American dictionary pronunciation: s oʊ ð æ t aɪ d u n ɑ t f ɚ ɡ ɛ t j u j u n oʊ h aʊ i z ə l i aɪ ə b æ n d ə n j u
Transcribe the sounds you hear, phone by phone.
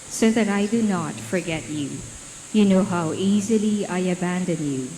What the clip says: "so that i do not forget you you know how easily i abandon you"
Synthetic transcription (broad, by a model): s oʊ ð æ t aɪ d u n ɑ t f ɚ ɡ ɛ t j u j u n oʊ h aʊ i z ə l i aɪ ə b æ n d ə n j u